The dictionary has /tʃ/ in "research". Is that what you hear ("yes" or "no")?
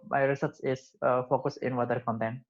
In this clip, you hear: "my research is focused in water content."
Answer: no